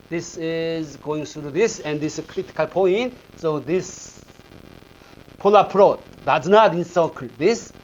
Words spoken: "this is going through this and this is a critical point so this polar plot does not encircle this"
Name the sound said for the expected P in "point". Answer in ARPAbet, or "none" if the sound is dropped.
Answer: P